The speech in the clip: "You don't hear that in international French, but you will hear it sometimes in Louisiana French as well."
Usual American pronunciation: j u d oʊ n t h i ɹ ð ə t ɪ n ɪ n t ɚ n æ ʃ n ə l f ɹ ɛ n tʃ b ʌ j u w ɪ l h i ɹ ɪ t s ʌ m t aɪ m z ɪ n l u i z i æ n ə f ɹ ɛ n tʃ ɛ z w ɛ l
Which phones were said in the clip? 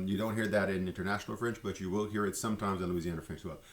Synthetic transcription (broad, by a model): j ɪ d oʊ n t h i ɹ ð ə t ɪ n ɪ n t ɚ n æ ʃ n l f ɹ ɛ n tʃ b ʌ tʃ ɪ w ɪ l h i ɹ ɪ t s ʌ m t aɪ m z ɪ n l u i z i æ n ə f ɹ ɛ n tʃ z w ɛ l